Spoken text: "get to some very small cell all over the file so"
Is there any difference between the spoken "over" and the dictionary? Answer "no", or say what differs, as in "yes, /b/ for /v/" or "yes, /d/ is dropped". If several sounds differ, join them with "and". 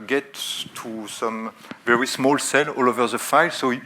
no